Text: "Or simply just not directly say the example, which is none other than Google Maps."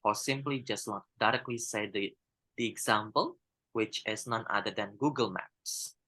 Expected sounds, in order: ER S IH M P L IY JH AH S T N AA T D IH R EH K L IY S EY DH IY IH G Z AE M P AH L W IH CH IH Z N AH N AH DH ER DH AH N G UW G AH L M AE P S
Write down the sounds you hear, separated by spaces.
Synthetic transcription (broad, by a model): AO S IH M P L IY JH AH S T L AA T D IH R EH K L IY S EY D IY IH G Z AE M P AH L W IH CH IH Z N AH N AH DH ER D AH N G UW G AH L M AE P S